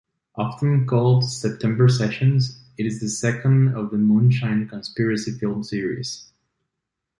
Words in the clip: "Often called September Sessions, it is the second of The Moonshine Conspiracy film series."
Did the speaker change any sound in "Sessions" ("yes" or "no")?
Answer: no